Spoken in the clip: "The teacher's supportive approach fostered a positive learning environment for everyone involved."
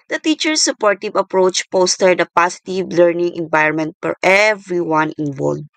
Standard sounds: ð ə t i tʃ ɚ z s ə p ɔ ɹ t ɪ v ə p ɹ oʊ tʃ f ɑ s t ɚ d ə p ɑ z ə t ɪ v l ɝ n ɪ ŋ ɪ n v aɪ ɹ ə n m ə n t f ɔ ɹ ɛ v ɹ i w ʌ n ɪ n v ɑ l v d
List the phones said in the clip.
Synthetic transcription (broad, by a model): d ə t i tʃ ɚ s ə p ɔ ɹ t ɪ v ə p ɹ oʊ tʃ p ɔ s t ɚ d ə p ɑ s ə t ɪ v l ɝ n ɪ ŋ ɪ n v aɪ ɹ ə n m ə n t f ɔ ɹ ɛ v ɹ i w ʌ n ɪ n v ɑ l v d